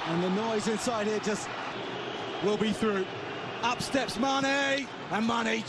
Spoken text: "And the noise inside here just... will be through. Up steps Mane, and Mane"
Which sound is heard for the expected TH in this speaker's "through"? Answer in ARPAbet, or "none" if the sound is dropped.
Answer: TH